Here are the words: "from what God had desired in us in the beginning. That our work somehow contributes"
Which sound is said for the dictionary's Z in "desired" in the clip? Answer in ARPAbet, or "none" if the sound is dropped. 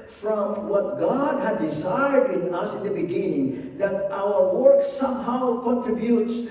Z